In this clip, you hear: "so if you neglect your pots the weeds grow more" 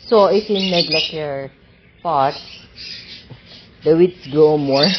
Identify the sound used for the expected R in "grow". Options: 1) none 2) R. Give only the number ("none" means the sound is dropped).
1